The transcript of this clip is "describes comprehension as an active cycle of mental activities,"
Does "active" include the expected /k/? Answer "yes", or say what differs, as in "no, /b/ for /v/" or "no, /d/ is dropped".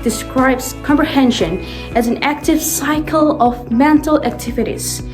yes